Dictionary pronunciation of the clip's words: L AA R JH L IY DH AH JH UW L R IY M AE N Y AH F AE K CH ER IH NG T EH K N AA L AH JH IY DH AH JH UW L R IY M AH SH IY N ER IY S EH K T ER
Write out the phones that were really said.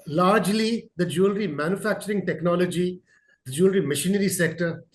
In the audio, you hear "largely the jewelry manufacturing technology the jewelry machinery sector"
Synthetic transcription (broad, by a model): L AA R JH L IY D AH JH UW L R IY M AE N Y AH F AE K CH ER IH NG T EH K N AA L AH JH IY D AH JH UW L R IY M AH SH IY N ER IY S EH K T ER